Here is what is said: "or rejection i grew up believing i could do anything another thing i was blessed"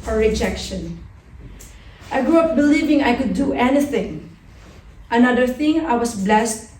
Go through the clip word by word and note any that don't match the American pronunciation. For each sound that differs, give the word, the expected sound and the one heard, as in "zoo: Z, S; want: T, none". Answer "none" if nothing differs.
was: Z, S